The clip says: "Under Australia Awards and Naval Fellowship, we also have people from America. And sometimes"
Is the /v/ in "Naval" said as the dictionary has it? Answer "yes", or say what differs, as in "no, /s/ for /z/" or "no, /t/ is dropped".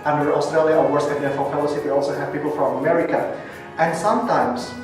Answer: no, /f/ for /v/